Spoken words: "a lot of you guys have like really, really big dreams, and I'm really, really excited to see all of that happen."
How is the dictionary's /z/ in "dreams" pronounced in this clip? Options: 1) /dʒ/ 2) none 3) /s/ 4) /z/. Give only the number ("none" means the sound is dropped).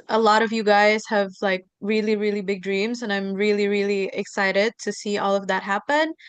4